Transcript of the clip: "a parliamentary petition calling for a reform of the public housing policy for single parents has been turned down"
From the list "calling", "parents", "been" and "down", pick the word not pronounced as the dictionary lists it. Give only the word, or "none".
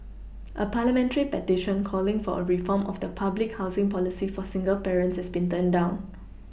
none